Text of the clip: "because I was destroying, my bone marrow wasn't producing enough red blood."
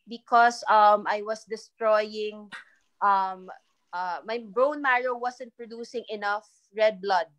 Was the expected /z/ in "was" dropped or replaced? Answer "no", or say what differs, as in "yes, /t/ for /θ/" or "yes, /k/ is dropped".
yes, /s/ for /z/